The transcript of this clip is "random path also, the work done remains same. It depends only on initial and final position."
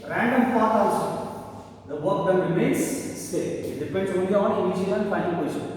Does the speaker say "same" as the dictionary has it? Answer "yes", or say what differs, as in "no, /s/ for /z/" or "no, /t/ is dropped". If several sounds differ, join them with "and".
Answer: no, /m/ is dropped